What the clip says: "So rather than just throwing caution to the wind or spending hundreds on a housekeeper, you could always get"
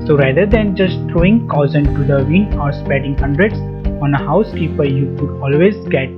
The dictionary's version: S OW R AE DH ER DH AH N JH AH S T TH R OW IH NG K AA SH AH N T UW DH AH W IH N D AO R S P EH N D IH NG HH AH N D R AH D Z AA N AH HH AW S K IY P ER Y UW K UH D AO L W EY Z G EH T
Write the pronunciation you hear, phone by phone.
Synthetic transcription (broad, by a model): S OW R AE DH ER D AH N JH AH S T T R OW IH NG K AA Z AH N T UW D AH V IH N AO R S P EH D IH NG HH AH N D R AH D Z AA N AH HH AW S K IY P ER Y UW K UH D AO L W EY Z G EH T